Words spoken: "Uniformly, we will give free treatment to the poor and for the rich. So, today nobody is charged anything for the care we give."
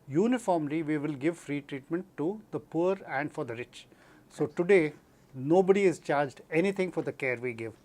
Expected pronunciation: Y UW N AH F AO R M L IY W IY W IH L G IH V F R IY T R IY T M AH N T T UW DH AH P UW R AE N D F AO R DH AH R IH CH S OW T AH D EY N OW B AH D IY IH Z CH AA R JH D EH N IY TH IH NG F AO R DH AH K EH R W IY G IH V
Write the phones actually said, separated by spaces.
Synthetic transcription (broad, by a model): Y UW N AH F AO R M L IY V IY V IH L G IH V F R IY T R IY T M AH N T T UW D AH P UW R AE N D F AO R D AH R IH CH S OW T AH D EY N OW B AH D IY IH Z CH AA R JH D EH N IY T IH NG F AO R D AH K EH R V IY G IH V